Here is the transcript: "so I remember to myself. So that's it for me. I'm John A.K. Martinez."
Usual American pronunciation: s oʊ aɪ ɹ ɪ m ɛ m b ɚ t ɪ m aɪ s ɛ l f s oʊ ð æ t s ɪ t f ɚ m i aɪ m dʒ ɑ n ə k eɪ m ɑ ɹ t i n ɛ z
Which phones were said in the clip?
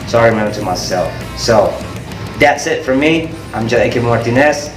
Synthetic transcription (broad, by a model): s oʊ aɪ ɹ ɪ m ɛ m b ɚ t ɪ m aɪ s ɛ l f s oʊ ð æ t s ɪ t f ɚ m i aɪ m dʒ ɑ ə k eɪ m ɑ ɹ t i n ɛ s